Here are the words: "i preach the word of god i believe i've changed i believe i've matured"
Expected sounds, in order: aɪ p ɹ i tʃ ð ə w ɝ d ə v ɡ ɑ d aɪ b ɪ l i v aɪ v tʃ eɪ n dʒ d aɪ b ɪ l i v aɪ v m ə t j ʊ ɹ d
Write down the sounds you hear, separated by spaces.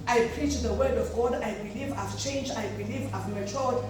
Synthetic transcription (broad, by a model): aɪ p ɹ i tʃ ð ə w ɝ d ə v ɡ ɑ d aɪ b ɪ l i v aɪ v tʃ eɪ n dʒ aɪ b ɪ l i v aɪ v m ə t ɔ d